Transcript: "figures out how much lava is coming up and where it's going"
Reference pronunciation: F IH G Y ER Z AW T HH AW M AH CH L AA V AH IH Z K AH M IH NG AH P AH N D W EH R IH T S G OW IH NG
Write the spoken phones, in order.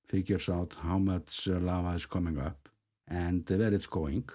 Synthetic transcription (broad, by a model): F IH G Y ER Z AW T HH AW M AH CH L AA AH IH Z K AH M IH NG AH P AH N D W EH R IH T S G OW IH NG